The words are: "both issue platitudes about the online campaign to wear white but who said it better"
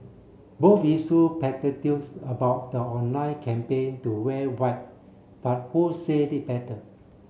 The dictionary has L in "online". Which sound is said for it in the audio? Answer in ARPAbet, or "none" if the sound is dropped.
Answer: none